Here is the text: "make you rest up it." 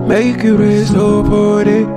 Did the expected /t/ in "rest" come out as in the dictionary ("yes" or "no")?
no